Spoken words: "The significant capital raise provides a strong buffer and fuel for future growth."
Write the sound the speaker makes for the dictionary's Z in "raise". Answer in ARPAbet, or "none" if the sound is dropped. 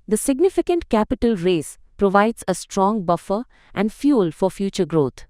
S